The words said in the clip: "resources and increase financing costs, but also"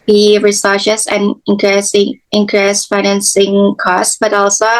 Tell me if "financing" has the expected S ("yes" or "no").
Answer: yes